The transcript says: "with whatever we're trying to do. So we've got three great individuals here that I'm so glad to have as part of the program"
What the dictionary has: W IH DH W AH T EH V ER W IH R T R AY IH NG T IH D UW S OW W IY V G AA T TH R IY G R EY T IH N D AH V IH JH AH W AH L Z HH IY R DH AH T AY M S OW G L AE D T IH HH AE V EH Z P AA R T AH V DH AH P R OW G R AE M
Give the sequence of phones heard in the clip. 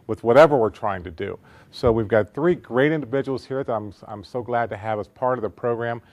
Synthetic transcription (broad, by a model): W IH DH W AH T EH V ER W IH R T R AY IH NG T IH D UW S OW W IY V G AA T TH R IY G R EY T IH N D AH V IH JH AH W L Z HH IY R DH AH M AY M S OW G L AE D T IH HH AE V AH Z P AA R T AH V DH AH P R OW G R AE M